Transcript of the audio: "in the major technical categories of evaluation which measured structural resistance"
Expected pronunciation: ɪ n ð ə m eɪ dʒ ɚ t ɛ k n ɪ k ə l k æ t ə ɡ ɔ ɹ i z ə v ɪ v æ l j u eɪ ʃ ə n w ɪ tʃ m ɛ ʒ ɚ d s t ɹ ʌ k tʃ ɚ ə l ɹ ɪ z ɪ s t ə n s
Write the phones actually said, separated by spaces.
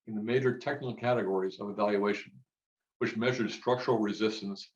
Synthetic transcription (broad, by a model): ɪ n ð ə m eɪ dʒ ɚ t ɛ k n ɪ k l k æ t ə ɡ ɔ ɹ i z ə v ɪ v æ l j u eɪ ʃ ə n w ɪ tʃ m ɛ ʒ ɚ d s t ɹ ʌ k tʃ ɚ l ɹ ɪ z ɪ s t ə n s